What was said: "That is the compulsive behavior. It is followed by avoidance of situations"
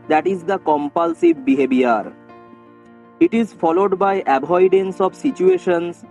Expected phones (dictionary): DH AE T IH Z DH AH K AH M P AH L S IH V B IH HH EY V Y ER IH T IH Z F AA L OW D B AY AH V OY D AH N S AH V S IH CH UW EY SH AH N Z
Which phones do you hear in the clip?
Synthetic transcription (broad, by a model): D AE T IH Z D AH K AH M P AH L S IH V B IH HH EY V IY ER IH T IH Z F AA L OW D B AY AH B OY D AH N S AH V S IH CH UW EY SH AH N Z